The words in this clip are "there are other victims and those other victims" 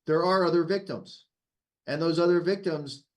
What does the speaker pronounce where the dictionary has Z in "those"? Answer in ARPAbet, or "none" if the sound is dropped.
Z